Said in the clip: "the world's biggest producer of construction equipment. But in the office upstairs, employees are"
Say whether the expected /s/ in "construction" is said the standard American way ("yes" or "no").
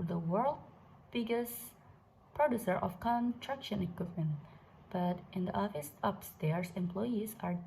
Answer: no